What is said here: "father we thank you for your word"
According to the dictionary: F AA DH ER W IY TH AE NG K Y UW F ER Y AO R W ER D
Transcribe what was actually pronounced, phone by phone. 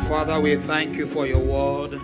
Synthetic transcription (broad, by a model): F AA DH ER W IY TH AE NG K Y UW F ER Y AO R W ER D